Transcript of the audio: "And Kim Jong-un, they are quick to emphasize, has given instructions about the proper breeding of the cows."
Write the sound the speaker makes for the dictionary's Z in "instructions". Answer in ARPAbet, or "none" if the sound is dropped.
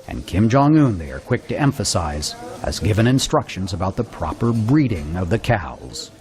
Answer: Z